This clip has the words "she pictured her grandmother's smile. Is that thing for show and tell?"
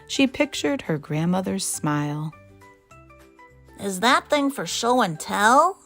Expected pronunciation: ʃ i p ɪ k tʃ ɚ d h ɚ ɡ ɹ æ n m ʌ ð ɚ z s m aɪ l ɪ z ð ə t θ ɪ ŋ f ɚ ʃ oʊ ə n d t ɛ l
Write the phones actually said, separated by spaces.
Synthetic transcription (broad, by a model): ʃ i p ɪ k tʃ ɚ d h ɚ ɡ ɹ æ n m ʌ ð ɚ z s m aɪ l ɪ z ð ə t θ ɪ ŋ f ɚ ʃ oʊ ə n t ɛ l